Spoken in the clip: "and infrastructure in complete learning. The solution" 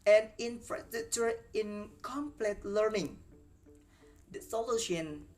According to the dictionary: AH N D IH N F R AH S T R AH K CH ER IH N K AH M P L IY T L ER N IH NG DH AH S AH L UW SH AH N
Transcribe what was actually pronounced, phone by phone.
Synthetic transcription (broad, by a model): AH N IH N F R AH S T AH CH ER IH N K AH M P L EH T L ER N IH NG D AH S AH L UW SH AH N